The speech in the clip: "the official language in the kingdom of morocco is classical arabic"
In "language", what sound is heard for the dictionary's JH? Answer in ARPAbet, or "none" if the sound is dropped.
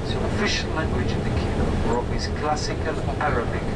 JH